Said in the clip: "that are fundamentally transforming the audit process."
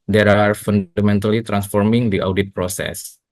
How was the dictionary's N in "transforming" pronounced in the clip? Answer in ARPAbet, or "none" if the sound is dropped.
N